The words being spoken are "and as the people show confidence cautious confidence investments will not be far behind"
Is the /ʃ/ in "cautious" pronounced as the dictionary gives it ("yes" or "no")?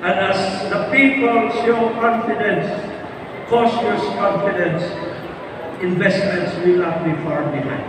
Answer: no